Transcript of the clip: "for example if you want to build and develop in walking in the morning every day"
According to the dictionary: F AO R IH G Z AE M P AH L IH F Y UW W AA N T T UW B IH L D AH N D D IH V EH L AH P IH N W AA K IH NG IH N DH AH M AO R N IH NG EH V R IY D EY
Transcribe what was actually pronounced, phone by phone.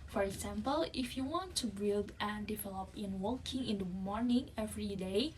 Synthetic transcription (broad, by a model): F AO R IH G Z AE M P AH L IH F Y UW W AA N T T UW B IH L D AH N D D IH V EH L AH P IH N W AA K IH NG IH N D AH M AO R N IH NG EH V R IY D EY